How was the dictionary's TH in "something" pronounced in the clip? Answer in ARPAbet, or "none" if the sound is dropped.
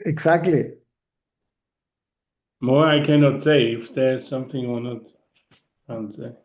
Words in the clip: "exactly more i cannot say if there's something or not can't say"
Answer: TH